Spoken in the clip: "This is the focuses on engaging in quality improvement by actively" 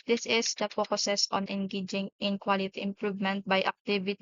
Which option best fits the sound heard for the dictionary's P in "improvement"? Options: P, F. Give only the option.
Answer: P